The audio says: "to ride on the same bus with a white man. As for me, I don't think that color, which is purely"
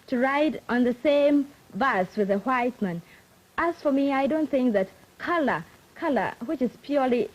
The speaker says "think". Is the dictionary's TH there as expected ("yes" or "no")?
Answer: yes